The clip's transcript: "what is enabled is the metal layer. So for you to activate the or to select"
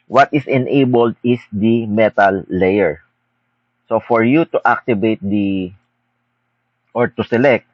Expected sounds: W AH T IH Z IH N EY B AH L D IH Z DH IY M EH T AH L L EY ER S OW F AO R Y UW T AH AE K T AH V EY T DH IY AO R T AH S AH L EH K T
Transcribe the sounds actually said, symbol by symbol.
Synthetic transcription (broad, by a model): W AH T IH S IH N EY B AH L D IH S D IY M EH T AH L L EY ER S OW F AO R Y UW T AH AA K T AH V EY T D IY AO R T AH S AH L EH K T